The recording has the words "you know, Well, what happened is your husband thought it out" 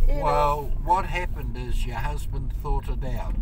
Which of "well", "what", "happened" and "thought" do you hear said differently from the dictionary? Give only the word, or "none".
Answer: none